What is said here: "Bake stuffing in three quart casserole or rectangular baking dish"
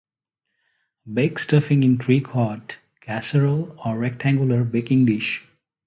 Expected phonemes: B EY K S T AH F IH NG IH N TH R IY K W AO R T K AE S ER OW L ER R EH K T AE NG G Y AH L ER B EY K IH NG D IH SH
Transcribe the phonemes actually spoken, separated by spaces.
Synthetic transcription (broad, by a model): B EY K S T AH F IH NG IH N T R IY K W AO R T K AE S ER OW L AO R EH K T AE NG G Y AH L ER B EY K IH NG D IH SH